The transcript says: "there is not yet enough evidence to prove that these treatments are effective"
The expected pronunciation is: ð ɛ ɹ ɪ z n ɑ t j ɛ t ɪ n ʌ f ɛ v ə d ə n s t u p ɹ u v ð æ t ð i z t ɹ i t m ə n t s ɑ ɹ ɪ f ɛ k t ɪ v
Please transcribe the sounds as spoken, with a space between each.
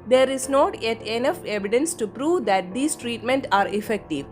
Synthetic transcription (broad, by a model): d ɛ ɹ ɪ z n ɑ t j ɛ t ɪ n ʌ f ɛ v ə d ə n s t u p ɹ u v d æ t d i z t ɹ i t m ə n t ɑ ɹ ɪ f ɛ k t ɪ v